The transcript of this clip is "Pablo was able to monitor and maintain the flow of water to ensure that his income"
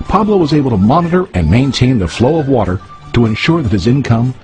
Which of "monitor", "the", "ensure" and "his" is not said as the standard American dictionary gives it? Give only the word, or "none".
none